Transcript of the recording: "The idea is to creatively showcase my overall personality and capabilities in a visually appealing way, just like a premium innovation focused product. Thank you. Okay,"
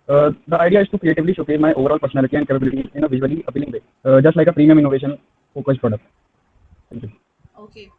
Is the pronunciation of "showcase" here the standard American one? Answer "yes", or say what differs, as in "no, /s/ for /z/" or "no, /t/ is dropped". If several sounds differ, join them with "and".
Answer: no, /s/ is dropped